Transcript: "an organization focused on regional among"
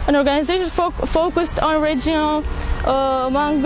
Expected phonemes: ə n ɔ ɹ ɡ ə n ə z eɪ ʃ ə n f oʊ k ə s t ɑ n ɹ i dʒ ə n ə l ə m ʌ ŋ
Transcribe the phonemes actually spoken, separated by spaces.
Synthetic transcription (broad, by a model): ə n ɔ ɹ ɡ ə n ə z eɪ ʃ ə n f oʊ k ə s t ɑ n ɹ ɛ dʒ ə ə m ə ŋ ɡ